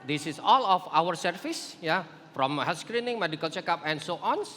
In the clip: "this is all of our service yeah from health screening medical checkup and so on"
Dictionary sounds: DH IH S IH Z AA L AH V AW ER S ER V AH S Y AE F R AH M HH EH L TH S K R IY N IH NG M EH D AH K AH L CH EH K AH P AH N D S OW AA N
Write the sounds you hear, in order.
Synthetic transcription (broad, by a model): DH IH S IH S AA L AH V AW ER S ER F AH S Y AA F R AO M HH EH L S K R IY N IH NG M EH D AH K AH L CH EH K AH P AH N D S OW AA N